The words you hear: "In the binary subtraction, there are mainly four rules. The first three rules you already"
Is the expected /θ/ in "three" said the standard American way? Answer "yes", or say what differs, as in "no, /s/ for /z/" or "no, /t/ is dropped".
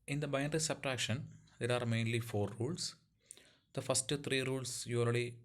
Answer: no, /t/ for /θ/